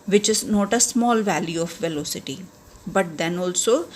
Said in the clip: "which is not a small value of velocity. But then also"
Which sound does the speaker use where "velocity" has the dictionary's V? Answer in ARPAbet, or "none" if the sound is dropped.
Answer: V